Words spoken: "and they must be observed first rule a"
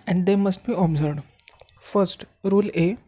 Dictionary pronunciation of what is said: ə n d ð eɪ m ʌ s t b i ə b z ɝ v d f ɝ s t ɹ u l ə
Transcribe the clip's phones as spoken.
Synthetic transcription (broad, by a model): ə n d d eɪ m ʌ s t b i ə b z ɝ d f ɝ s t ɹ u l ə